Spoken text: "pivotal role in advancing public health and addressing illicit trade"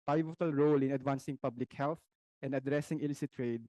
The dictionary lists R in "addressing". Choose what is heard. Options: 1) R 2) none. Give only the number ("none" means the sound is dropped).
1